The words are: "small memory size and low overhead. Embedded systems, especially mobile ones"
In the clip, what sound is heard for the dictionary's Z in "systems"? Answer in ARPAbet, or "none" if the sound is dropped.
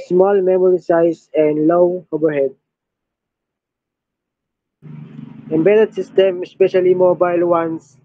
none